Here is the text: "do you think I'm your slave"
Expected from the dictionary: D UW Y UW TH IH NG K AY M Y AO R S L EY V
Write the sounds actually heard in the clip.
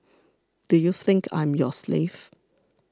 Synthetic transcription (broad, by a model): D UW Y UW TH IH NG K AY M Y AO S L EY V